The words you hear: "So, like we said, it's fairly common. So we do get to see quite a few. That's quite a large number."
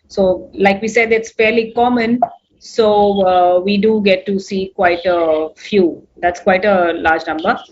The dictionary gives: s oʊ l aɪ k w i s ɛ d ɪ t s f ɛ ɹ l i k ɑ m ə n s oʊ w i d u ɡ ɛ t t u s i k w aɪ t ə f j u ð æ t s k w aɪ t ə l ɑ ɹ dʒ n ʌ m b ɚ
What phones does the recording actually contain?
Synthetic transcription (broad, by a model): s oʊ l aɪ k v i s ɛ d ɪ t s f ɛ ɹ l i k ɑ m ə n s oʊ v i d u ɡ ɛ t t u s i k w aɪ t ə f j u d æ t s k w aɪ t ə l ɑ ɹ dʒ n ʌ m b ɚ